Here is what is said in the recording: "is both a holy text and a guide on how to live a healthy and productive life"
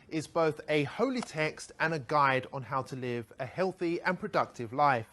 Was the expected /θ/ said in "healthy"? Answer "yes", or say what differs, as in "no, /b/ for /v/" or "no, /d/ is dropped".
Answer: yes